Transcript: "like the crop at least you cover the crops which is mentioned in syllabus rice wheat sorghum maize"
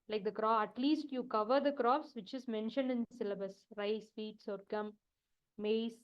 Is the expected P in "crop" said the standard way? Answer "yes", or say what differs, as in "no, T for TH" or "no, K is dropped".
no, P is dropped